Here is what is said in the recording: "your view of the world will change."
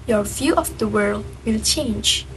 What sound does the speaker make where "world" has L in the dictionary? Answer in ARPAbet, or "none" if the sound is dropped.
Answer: L